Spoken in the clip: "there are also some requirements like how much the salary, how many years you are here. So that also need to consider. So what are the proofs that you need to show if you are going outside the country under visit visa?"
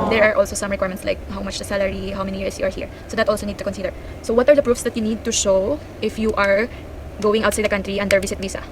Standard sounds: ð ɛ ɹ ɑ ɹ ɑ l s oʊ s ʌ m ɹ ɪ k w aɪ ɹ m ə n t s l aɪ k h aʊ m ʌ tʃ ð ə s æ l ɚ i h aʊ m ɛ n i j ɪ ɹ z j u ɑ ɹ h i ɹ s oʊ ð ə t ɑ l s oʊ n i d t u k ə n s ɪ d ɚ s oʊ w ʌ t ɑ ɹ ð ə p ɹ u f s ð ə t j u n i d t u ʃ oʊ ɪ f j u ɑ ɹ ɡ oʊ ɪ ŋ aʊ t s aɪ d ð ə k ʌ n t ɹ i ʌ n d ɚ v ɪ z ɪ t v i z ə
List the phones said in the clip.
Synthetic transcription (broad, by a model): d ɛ ɹ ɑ ɹ ɑ l s oʊ s ʌ m ɹ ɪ k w aɪ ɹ m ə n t s l aɪ k h aʊ m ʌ tʃ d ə s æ l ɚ i h aʊ m ɛ n i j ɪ ɹ s j u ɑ ɹ h i ɹ s oʊ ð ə t ɑ l s oʊ n i d t u k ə n s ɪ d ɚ s oʊ w ʌ t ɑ ɹ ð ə p ɹ u f s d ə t j u n i d t u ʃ oʊ ɪ f j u ɑ ɹ ɡ oʊ ɪ ŋ aʊ t s aɪ d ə k ʌ n t ɹ i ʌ n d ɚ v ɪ s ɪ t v i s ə